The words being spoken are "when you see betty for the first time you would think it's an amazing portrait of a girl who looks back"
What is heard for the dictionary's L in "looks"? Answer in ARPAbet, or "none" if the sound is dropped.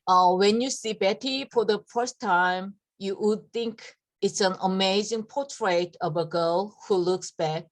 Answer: L